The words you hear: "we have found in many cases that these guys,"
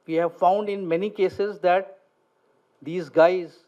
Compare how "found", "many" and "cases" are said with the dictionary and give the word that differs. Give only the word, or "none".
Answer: none